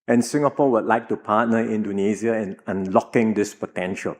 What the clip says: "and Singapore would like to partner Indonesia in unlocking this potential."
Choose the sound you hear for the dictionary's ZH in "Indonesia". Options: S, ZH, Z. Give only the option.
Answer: Z